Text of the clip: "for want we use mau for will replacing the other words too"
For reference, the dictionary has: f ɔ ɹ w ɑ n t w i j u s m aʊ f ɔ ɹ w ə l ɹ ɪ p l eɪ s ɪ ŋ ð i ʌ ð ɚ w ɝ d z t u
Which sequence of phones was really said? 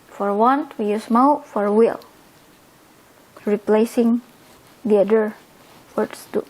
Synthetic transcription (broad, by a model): f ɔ ɹ w ɑ n t w i j u s m aʊ f ɔ ɹ w ə l ɹ ɪ p l eɪ s ɪ ŋ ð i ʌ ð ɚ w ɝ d s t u